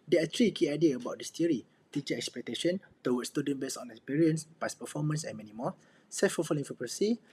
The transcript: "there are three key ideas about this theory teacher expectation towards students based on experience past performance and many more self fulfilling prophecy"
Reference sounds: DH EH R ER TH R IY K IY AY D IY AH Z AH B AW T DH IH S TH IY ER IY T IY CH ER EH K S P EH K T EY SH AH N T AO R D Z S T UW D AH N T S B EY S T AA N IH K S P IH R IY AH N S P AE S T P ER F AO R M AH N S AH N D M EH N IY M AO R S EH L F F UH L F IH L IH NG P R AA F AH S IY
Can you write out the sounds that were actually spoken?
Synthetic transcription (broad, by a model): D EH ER T R IY K IY AY D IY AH AH B AW T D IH S T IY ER IY T IY CH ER EH K S P EH K T EY SH AH N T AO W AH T S T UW D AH N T B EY S AA N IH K S P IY R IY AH N S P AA S P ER F AO M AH N S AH N M EH N IY M AO S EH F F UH F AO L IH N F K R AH S IY